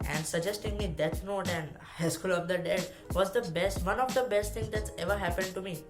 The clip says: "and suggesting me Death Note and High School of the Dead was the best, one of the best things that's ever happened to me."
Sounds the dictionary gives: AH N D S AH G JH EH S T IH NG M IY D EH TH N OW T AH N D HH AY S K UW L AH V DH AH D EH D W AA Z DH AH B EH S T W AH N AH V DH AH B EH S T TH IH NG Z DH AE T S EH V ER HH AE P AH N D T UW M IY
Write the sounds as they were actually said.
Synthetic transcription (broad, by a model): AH N D S AH G JH EH S T IH NG M IY D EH T N OW T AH N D HH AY S K UW L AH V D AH D EH D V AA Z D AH B EH S T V AH N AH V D AH B EH S T T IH NG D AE T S EH V ER HH AE P AH N D T UW M IY